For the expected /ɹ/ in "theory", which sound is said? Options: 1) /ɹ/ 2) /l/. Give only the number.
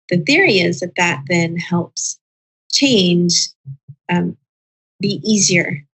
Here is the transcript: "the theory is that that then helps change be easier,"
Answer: 1